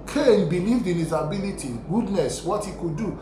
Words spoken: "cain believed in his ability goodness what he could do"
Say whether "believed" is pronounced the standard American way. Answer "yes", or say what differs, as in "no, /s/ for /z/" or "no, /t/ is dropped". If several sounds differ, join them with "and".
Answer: yes